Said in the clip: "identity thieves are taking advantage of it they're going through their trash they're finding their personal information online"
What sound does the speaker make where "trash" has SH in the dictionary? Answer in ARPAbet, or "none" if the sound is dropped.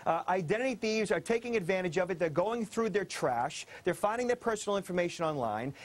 SH